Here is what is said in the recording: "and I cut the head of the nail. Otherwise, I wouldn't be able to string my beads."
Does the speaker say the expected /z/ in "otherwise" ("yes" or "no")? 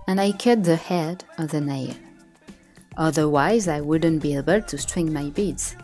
yes